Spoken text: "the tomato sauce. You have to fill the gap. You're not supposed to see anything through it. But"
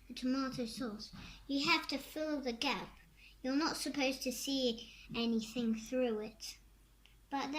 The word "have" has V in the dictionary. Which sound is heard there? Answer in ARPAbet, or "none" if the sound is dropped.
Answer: F